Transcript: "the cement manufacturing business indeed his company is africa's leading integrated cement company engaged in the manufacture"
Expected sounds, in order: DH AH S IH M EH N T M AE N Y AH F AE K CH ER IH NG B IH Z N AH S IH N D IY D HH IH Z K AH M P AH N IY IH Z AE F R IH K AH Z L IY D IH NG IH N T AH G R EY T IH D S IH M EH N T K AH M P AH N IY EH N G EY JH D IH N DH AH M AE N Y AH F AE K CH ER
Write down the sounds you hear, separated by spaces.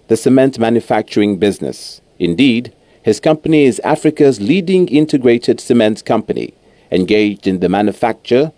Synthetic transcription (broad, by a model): DH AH S IH M EH N T M AE N Y AH F AE K CH ER IH NG B IH Z N AH S IH N D IY D HH IH Z K AH M P AH N IY IH Z AE F R IH K AH Z L IY D IH NG IH N T AH G R EY T IH D S IH M EH N T K AH M P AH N IY EH N G EY JH D IH N DH AH M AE N Y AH F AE K CH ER